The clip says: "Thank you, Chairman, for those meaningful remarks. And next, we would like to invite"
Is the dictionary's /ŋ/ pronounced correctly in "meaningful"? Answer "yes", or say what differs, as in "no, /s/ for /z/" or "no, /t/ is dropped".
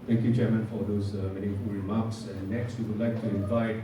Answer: no, /ŋ/ is dropped